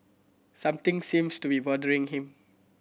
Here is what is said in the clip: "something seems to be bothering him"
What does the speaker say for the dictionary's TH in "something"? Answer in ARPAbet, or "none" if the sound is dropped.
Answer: T